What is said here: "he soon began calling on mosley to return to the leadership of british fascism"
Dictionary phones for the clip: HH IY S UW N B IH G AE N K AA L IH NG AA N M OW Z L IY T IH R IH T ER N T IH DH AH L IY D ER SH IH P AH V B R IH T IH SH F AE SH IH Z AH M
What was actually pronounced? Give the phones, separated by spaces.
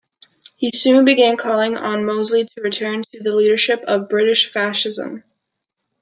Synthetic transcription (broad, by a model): HH IY S UW N B IH G AE N K AA L IH NG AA N M OW Z L IY T IH R IH T ER N T IH DH AH L IY D ER SH IH P AH V B R IH T IH SH F AE SH IH Z AH M